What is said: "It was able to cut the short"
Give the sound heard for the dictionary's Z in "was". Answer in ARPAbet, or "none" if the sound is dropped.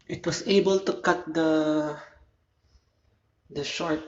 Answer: S